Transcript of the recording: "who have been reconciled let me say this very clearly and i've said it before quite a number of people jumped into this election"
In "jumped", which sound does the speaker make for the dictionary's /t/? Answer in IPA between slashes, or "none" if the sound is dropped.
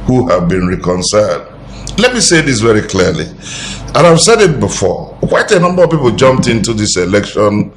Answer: /t/